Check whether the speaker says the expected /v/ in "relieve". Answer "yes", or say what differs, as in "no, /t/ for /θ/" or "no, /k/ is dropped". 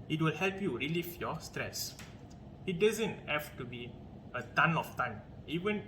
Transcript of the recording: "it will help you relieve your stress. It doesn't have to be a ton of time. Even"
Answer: no, /f/ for /v/